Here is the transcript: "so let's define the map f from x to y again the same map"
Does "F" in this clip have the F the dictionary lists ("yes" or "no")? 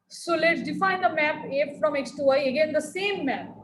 yes